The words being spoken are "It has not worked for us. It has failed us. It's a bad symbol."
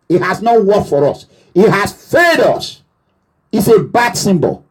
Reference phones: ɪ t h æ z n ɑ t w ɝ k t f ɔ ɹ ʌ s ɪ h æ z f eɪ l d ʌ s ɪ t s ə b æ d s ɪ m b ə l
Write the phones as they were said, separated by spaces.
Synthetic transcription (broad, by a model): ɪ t h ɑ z n ɑ t w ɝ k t f ɔ ɹ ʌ s ɪ h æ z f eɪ d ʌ s ɪ t s ə b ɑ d s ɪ m b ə l